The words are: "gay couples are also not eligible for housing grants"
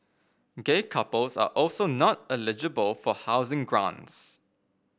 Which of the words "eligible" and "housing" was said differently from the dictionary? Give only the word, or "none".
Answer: none